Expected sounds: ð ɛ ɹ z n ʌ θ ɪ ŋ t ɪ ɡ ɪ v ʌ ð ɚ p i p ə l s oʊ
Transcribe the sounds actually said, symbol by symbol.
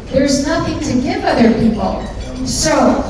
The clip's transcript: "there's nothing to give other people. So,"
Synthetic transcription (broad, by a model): ð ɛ ɹ z n ʌ θ ɪ ŋ t ɪ ɡ ɪ v ʌ ð ɚ p i p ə l s oʊ